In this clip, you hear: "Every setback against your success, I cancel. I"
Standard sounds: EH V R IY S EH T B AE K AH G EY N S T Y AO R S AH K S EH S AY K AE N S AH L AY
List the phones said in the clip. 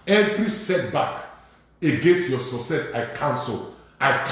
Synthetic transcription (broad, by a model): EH V R IY S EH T B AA K AH G EY N S T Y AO S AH S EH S AY K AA N S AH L AY